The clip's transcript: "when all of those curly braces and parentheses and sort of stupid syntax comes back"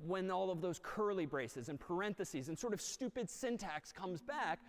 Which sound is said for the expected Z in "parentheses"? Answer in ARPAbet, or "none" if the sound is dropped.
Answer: Z